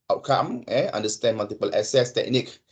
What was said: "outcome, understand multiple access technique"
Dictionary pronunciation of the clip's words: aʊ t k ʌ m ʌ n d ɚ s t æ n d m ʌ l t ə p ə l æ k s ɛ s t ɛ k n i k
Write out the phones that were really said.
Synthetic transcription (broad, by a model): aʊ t k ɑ m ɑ n d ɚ s t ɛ n m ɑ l t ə p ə l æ s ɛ s t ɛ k n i k